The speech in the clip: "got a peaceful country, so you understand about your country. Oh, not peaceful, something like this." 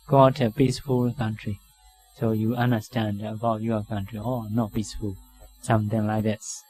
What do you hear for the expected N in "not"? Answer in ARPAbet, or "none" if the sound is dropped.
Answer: N